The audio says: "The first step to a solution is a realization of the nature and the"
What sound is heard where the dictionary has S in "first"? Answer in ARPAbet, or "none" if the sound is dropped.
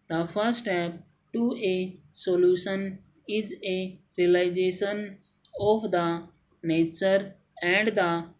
none